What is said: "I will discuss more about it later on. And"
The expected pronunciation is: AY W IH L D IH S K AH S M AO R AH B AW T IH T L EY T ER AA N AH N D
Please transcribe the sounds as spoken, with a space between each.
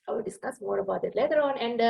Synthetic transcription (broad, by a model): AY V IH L D IH S K AH S M AO R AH B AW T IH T L EY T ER AA N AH N D